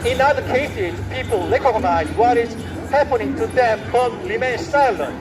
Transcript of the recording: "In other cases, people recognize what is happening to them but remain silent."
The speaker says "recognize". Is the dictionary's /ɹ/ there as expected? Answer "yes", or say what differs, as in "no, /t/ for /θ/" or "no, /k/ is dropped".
no, /l/ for /ɹ/